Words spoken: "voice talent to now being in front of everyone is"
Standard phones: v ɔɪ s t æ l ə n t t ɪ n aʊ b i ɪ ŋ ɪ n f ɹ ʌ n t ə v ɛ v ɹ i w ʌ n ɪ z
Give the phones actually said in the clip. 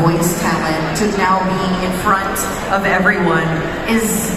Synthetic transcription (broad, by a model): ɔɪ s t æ l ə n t t ɪ n aʊ b i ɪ ɪ n f ɹ ʌ n t ə v ɛ v ɹ i w ʌ n ɪ z